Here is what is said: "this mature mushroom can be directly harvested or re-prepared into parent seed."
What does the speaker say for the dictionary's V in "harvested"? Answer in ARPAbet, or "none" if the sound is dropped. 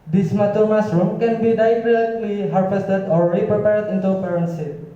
F